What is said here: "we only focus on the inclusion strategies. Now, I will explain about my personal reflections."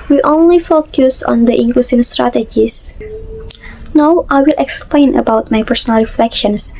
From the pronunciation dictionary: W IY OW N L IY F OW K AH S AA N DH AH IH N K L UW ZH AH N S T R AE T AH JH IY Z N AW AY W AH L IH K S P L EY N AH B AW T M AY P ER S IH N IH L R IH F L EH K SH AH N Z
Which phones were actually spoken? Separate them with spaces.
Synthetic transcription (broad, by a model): W IY OW N L IY F OW K AH S AA N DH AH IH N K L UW S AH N S T R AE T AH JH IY S N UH AY W AH L IH K S P L EY N AH B AW T M AY P ER S IH N IH L R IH F L EH K SH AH N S